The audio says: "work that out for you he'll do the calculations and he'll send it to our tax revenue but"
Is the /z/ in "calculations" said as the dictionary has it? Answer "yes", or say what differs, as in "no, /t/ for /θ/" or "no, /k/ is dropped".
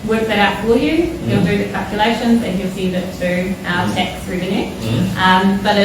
yes